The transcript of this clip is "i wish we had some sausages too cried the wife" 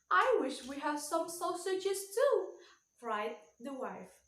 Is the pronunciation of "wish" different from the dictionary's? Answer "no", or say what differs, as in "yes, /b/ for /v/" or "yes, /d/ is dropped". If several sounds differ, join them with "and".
no